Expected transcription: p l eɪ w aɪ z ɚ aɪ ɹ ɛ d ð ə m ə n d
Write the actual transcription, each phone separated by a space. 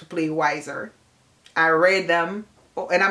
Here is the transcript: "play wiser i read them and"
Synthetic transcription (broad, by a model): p l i w aɪ z ɚ aɪ ɹ ɛ d ð ə m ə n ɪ